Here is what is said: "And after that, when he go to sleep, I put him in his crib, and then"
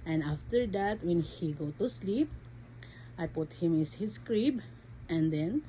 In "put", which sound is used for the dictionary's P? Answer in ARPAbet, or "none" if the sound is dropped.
P